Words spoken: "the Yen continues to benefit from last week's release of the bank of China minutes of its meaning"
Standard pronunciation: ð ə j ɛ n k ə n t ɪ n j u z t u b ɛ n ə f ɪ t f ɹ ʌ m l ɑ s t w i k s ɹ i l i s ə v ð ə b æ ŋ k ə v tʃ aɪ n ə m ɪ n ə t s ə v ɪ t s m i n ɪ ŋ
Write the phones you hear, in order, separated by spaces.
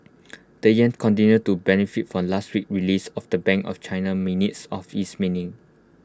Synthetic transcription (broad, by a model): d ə j ɛ n k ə n t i n j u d t u b ɛ n ə f ɪ t f ɹ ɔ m l ɑ s t w i k ɹ i l i s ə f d ə b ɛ ŋ k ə f tʃ aɪ n ə m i n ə t s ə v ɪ s m i n ɪ ŋ